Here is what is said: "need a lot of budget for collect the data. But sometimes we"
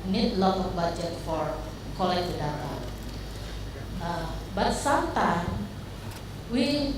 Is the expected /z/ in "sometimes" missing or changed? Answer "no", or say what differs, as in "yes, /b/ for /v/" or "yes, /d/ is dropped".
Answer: yes, /z/ is dropped